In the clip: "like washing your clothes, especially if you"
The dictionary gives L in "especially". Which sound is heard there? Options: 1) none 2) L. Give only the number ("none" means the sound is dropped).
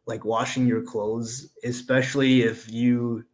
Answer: 2